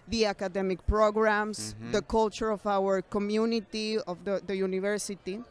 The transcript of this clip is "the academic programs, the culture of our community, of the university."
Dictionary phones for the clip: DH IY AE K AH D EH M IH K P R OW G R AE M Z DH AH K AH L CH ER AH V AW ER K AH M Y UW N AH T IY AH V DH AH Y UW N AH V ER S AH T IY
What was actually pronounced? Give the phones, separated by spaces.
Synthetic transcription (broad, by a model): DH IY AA K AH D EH M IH K P R OW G R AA M S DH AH K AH L CH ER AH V AW ER K AH M Y UW N AH T IY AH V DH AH Y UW N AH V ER S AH T IY